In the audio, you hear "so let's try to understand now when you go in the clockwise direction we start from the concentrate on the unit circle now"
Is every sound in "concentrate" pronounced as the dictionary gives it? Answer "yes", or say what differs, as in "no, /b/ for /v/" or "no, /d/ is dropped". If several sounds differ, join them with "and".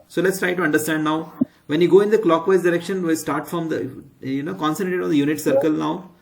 no, /ɹ/ is dropped